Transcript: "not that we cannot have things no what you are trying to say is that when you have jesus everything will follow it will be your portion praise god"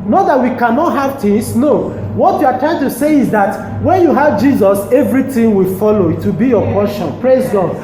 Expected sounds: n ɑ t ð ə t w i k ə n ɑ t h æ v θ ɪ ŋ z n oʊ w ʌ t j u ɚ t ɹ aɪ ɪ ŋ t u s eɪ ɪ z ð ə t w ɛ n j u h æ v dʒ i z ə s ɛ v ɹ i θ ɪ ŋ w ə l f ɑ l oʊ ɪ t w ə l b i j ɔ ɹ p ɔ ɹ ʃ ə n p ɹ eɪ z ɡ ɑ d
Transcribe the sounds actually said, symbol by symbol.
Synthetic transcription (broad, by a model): n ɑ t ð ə t w i k ə n ɑ t h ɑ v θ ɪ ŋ s n oʊ w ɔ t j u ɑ t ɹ aɪ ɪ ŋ t u s eɪ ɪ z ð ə t w ɛ n j u h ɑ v dʒ i z ə s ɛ v ɹ i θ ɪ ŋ w ə l f ɑ l oʊ ɪ t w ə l b i j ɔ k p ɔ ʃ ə n p ɹ eɪ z ɡ ɑ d